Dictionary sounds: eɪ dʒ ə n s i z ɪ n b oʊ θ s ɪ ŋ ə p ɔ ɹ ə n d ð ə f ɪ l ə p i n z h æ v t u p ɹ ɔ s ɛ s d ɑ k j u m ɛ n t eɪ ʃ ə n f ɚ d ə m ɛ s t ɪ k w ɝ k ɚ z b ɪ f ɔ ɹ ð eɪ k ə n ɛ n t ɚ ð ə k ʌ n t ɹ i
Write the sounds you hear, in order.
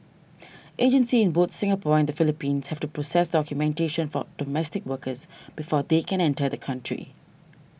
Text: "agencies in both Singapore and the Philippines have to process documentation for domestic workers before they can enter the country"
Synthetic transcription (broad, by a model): eɪ dʒ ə n s i ɪ n b oʊ t s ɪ ŋ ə p ɔ ə n d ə f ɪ l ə p i n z h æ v t u p ɹ ɔ s ɛ s d ɑ k j u m ɛ n t eɪ ʃ ə n f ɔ d ə m ɛ s t ɪ k w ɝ k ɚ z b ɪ f ɔ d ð eɪ k ə n ɛ n t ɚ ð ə k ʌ n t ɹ i